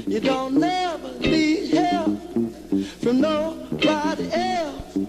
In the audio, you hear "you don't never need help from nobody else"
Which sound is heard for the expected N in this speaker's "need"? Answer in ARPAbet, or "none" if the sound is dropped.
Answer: L